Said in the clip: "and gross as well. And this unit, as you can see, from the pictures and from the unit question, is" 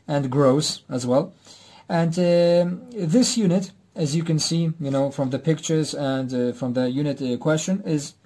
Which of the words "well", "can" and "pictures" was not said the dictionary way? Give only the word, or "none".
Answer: none